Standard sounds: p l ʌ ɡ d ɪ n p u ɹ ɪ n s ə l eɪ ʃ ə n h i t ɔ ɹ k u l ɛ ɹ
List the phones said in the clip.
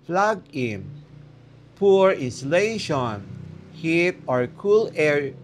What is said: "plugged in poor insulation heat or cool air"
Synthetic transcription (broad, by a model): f l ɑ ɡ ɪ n p u ɹ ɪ n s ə l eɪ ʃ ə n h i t ɔ ɹ k u l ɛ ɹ